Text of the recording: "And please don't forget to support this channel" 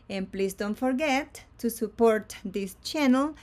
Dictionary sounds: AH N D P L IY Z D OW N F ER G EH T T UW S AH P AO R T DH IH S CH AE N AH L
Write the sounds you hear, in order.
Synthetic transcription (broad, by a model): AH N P L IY S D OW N F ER G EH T T UW S AH P AO R T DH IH S CH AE N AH L